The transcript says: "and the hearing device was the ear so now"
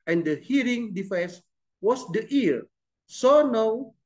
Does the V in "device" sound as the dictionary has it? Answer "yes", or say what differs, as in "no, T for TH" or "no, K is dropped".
no, F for V